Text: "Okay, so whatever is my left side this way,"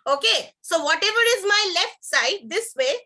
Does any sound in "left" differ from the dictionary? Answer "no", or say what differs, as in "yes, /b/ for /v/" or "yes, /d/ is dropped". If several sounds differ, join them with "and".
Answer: no